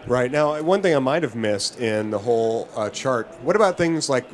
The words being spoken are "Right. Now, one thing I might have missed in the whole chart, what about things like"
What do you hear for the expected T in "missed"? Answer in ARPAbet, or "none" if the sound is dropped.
T